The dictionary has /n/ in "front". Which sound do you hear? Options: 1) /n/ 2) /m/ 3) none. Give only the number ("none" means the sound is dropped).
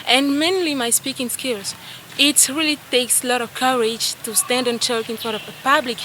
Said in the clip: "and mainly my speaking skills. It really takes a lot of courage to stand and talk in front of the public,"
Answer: 3